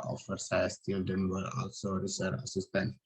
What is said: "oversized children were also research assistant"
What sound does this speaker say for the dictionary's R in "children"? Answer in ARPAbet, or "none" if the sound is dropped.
none